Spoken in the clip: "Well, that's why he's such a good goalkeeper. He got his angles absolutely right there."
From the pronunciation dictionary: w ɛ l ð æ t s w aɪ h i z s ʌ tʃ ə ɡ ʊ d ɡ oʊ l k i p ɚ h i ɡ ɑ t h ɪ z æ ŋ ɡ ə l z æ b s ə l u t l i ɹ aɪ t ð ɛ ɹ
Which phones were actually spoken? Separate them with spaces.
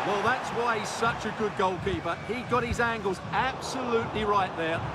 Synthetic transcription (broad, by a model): w ɛ l ð æ t s w aɪ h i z s ʌ tʃ ə ɡ ʊ d ɡ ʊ l k i p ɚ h i ɡ ɑ t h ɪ z æ ŋ ɡ ə l z æ b s ə l u t l i ɹ aɪ t ð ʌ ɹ